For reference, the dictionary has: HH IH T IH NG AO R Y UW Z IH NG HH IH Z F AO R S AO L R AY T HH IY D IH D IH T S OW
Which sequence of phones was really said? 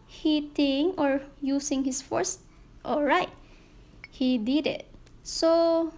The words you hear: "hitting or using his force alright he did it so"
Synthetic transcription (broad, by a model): HH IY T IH NG AO R Y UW S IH NG HH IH S F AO R S AO L R AY T HH IY D IH D IH T S OW